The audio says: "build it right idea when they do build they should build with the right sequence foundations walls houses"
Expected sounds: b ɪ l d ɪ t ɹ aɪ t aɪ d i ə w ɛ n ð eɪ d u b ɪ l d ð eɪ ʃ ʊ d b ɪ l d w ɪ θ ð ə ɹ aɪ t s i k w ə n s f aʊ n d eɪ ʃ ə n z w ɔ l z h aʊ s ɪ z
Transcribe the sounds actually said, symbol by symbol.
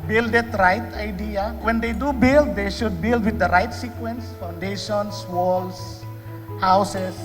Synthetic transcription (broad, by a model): b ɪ l d ɪ t ɹ aɪ t aɪ d i ə w ɛ n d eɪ d u b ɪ l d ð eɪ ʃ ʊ d b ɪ l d w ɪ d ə ɹ aɪ t s i k w ə n s f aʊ n d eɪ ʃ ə n s w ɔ l s h aʊ s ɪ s